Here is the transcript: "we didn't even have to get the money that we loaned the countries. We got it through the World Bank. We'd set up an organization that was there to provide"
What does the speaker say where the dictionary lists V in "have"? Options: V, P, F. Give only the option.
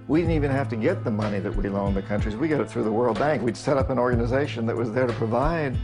F